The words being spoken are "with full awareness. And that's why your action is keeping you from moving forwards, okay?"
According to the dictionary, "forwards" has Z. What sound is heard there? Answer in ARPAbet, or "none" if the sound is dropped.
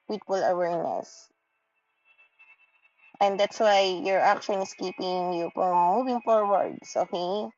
S